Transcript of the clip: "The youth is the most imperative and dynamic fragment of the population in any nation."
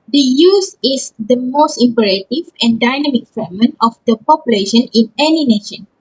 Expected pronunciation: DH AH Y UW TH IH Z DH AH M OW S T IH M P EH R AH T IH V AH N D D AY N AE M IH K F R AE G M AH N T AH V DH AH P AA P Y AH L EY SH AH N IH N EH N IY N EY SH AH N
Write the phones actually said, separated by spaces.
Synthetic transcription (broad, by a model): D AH Y UW S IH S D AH M OW S T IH M P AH R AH T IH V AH N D D AY N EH M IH K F EH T M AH N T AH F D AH P AA P Y AH L EY SH AH N IH N EH N IY N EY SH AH N